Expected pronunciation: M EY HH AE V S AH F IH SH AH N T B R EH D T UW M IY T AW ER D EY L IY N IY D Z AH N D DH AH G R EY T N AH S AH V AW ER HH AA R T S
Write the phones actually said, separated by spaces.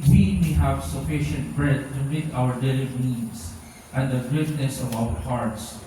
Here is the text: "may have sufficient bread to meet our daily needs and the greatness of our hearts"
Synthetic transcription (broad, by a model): M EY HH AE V S AH F IH SH AH N T B R EH D T UW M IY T AW ER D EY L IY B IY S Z AH N D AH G EY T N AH S AH V AW ER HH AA R T S